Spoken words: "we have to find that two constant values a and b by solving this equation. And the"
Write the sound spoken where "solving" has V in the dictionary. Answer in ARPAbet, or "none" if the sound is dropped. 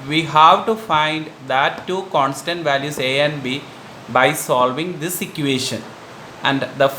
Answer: V